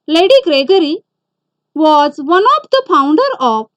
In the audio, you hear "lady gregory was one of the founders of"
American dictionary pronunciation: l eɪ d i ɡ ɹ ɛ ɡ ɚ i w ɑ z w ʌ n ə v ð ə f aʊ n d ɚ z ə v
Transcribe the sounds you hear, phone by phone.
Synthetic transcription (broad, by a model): l eɪ d i ɡ ɹ ɛ ɡ ɚ i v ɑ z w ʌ n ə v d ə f aʊ n d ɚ ə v